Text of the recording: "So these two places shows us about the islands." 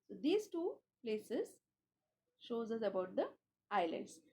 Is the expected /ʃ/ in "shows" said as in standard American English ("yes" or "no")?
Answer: yes